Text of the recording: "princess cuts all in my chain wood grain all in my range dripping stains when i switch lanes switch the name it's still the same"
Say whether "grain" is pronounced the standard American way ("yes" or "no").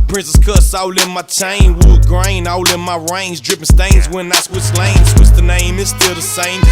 yes